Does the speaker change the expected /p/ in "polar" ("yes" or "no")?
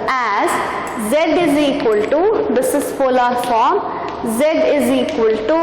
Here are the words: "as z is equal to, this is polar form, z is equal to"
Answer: yes